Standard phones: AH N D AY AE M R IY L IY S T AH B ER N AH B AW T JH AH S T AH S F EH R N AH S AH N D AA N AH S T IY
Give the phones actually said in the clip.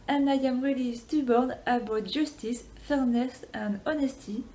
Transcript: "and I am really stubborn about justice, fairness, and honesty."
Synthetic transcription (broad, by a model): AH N AY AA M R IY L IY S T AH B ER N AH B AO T ZH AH S T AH S F EH R N AH S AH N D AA N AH S T IY